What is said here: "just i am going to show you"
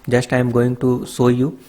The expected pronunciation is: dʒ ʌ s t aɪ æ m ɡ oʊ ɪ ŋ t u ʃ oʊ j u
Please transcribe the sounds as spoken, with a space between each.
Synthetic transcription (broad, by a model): dʒ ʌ s t aɪ m ɡ oʊ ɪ ŋ t u s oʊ j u